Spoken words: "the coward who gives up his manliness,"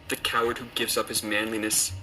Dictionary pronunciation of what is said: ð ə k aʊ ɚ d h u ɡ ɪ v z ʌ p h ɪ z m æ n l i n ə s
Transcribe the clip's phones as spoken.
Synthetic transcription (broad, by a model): ð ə k aʊ ɚ d h u ɡ ɪ v z ʌ p h ɪ z m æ n l i n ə s